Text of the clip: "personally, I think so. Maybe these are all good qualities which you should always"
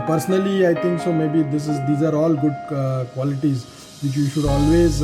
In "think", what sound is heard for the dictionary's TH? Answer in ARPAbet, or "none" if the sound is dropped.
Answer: T